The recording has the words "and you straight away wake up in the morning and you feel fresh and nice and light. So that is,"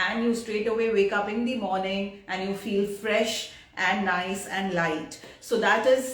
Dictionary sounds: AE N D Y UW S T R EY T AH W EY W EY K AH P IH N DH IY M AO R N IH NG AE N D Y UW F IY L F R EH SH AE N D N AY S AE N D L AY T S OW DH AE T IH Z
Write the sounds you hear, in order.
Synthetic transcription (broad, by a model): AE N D Y UW S T R EY T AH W EY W EY K AH P IH N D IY M AO R N IH NG AE N D Y UW F IY L F R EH SH AE N D N AY S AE N D L AY T S OW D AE T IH Z